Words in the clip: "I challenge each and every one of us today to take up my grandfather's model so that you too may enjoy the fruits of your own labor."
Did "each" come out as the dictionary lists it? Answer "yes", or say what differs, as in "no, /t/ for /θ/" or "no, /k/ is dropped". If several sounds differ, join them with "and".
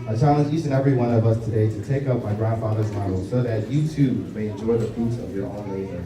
no, /s/ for /tʃ/